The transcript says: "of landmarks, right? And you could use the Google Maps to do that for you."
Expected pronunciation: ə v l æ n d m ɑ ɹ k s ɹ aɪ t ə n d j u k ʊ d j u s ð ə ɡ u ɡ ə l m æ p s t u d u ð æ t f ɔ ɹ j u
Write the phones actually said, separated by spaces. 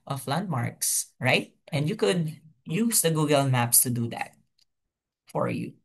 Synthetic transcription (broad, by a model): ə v l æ n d m ɑ ɹ k s ɹ aɪ t ə n d j u k ʊ d j u s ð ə ɡ u ɡ ə l m æ p s t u d u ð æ t f ɔ ɹ j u